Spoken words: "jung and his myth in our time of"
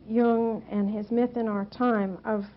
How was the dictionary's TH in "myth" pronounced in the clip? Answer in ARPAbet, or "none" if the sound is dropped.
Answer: TH